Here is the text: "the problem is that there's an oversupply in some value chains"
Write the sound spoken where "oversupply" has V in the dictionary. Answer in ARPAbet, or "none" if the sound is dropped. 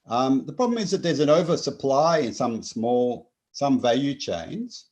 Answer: V